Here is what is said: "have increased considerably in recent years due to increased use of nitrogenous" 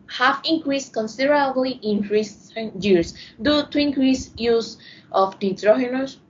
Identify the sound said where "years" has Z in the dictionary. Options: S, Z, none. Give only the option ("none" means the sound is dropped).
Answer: S